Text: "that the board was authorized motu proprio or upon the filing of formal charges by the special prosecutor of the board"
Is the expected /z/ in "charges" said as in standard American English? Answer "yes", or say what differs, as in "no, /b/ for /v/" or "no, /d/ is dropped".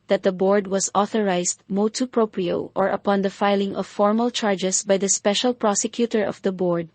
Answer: no, /s/ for /z/